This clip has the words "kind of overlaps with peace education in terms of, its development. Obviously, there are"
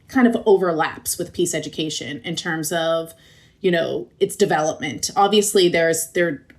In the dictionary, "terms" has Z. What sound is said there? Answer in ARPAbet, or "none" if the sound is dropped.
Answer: Z